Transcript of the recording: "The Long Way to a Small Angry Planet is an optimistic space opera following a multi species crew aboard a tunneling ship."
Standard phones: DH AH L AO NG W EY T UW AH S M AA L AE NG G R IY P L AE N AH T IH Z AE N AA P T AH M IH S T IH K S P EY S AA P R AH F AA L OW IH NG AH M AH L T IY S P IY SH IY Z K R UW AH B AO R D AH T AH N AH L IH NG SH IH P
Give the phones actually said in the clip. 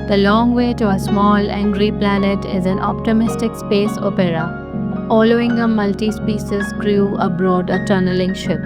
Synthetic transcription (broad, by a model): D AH L AO NG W EY T UW AH S M AA L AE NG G R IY P L AE N AH T IH Z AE N AA P T AH M IH S T IH K S P EY S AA P R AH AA L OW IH NG AH M AH L T IY S P IY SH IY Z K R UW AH B AO D AH T AH N AH L IH NG SH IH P